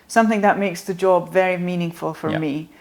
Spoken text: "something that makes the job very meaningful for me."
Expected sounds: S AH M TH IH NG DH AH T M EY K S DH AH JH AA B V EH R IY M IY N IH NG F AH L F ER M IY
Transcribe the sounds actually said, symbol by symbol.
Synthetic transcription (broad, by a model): S AH M TH IH NG DH AH T M EY K S DH AH JH AA B V EH R IY M IY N IH NG F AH L F ER M IY